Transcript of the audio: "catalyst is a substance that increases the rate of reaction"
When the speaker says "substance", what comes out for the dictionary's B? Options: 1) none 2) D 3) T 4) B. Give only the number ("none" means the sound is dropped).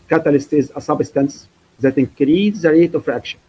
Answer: 4